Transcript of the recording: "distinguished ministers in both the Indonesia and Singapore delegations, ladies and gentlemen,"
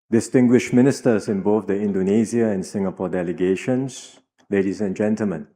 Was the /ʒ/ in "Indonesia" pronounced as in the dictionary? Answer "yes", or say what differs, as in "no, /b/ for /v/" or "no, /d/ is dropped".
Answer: no, /z/ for /ʒ/